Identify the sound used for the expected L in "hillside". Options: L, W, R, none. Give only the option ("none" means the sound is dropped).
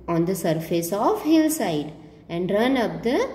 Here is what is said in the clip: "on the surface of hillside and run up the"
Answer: L